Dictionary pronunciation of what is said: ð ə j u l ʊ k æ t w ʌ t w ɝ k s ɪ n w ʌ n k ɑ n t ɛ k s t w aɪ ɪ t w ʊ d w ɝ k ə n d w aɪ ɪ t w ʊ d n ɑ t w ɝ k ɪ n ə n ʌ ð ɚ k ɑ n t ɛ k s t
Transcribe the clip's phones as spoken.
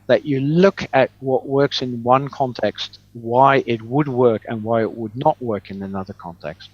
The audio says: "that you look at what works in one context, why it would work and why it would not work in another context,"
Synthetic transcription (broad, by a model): ð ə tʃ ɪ l ʊ k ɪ t w ʌ t w ɝ k s ɪ n w ʌ n k ɑ n t ɛ k s t w aɪ ɪ t w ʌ d w ɝ k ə n w aɪ ɪ t w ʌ d n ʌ t w ɝ k ɪ n ə n ʌ ð ɚ k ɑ n t ɛ k s t